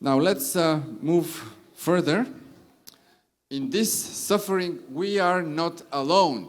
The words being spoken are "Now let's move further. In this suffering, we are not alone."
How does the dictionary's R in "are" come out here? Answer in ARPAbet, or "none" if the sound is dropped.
R